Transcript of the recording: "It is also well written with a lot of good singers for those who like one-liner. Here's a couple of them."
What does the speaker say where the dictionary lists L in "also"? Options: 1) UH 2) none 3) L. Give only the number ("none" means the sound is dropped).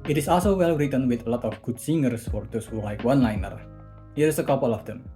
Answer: 3